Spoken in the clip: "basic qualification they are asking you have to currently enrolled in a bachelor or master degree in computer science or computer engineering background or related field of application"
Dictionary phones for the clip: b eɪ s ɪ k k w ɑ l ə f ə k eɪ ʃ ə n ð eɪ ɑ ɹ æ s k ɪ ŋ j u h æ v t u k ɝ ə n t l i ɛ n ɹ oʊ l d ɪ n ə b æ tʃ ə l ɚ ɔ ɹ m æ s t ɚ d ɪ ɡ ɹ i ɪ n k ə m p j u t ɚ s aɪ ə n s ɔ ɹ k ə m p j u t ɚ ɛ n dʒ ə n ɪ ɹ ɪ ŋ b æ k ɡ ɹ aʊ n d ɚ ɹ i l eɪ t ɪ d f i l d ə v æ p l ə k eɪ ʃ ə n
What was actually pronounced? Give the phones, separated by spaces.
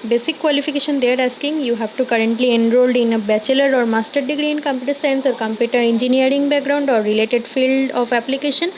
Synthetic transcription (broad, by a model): b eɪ s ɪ k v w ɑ l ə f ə k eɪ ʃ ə n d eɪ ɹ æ s k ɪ ŋ j u h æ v t u k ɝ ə n t l i ɛ n ɹ oʊ l d ɪ n ə b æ tʃ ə l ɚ ɔ ɹ m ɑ s t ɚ d ɪ ɡ ɹ i ɪ n k ə m p j u t ɚ s aɪ ə n s ɔ ɹ k ə m p j u t ɚ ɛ n dʒ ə n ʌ ɹ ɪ ŋ b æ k ɡ ɹ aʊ n d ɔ ɹ i l eɪ t ɪ d f i l d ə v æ p l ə k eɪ ʃ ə n